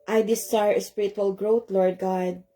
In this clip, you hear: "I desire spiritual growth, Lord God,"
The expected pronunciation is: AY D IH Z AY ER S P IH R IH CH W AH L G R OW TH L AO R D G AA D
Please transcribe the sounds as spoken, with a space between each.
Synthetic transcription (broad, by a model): AY D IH S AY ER S P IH R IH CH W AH L G R OW T L AO R D G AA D